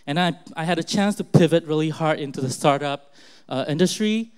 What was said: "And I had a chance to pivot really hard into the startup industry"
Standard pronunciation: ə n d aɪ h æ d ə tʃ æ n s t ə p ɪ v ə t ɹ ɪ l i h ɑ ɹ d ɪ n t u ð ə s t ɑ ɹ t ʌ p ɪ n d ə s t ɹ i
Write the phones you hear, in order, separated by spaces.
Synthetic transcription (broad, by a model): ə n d aɪ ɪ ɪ d ə tʃ æ n s t ə p ɪ v ə t ɹ ɪ l i h ɑ ɹ d ɪ n t u ð ə s t ɑ ɹ t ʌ p ɪ n d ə s t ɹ i